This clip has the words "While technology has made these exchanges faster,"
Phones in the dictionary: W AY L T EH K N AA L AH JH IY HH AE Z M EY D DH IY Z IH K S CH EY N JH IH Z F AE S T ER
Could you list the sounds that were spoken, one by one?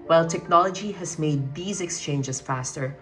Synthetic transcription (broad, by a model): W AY L T EH K N AA L AH JH IY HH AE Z M EY D DH IY Z IH K S CH EY N JH IH Z F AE S T ER